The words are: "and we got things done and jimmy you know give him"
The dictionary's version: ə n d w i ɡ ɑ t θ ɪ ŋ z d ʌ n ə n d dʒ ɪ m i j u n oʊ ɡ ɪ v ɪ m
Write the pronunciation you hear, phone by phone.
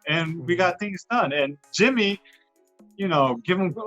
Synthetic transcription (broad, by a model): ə n w i ɡ ɑ t θ ɪ ŋ z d ʌ n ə n dʒ ɪ m i j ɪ n oʊ ɡ ɪ v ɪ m